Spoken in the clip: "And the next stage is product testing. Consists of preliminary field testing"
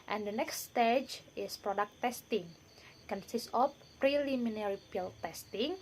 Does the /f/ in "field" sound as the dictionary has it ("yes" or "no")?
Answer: no